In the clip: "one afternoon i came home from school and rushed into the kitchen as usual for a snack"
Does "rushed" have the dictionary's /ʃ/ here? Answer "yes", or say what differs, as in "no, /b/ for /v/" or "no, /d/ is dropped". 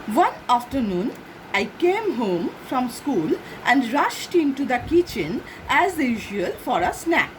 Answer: yes